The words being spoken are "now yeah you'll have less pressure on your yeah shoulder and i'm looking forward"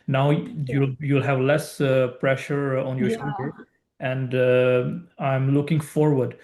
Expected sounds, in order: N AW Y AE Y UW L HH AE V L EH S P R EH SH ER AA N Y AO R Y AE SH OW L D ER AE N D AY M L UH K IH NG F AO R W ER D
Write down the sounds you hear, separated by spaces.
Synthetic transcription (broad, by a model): N AW Y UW Y UW L HH AE V L EH S P R EH SH ER AA N Y AO R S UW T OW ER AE N D AY M L UH K IH NG F AO R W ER D